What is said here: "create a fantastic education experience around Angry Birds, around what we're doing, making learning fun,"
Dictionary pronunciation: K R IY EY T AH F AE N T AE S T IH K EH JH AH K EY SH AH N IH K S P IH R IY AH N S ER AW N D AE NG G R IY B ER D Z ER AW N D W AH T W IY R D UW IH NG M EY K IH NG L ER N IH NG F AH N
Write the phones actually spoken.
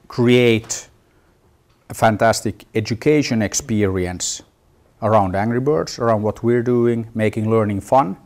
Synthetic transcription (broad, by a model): K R IY EY T AH F AE N T AE S T IH K EH JH AH K EY SH AH N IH K S P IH R IY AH N S ER AW N D AE NG G R IY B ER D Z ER AW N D W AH T W IY R D UW IH NG M EY K IH NG L ER N IH NG F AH N